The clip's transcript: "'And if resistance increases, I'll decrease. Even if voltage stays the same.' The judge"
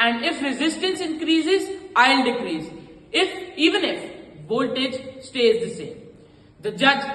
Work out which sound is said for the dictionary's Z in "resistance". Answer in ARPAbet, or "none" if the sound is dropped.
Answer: Z